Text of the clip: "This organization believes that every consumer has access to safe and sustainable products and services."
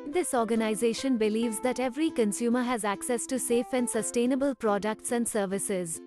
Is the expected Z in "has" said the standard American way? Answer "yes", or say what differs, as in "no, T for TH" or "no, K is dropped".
yes